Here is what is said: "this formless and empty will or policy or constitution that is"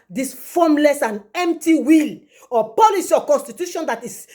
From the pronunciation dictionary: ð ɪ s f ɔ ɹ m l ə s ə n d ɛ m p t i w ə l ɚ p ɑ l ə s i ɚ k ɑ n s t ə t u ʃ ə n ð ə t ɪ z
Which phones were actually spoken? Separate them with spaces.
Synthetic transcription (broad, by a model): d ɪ s f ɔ m l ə s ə n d ɛ m p t i w ə l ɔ p ɑ l ə s i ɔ k ɑ n s t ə t u ʃ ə n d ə t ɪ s